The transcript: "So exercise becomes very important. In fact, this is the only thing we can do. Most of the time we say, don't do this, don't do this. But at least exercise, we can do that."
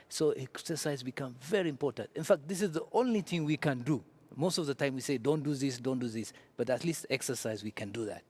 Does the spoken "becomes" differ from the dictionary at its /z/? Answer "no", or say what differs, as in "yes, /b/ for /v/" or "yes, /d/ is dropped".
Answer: yes, /z/ is dropped